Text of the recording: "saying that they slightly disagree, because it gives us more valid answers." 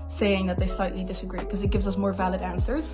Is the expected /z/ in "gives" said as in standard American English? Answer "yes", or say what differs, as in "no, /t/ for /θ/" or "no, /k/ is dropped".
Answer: yes